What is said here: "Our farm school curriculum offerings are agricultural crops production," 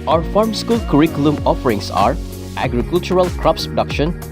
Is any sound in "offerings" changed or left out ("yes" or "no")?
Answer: yes